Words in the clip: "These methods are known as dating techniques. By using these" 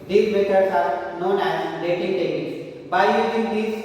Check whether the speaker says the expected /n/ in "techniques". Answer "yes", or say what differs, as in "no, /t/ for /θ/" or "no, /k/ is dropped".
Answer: no, /n/ is dropped